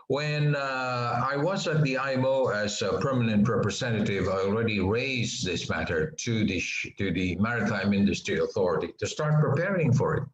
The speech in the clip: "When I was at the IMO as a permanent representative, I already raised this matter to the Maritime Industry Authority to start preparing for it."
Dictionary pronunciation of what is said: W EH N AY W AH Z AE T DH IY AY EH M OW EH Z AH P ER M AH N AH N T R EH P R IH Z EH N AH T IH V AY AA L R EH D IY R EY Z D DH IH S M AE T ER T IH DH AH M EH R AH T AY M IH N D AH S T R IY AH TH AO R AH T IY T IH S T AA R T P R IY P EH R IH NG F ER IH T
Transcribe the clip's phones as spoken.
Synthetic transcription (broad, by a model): W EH N AY W AH Z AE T DH IY AY EH M OW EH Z AH P ER M AH N AH N T R EH P R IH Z EH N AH T IH V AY AA L R EH D IY R EY Z DH IH S M AE T ER T IH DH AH M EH R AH T AY M IH N D AH S T R IY AH TH AO R AH T IY T IH S T AA R T P R IY P EH R IH NG F ER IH T